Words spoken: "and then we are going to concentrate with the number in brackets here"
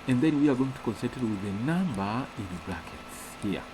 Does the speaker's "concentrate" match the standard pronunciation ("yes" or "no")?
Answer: no